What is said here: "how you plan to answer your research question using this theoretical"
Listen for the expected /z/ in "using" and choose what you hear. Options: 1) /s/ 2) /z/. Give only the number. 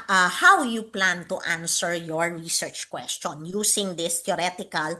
1